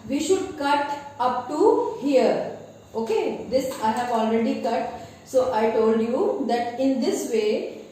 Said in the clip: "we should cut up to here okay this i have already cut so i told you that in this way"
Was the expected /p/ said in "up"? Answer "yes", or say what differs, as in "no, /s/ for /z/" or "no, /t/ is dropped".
yes